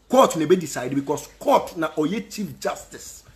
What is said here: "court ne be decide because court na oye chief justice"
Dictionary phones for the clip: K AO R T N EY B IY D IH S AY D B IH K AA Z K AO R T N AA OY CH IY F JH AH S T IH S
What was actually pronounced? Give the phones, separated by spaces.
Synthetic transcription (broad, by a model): K AO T N EY B IY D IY S AY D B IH K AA S K AO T N AA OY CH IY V JH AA S T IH S